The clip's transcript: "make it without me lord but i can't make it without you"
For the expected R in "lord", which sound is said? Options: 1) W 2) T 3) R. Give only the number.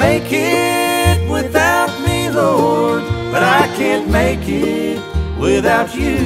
1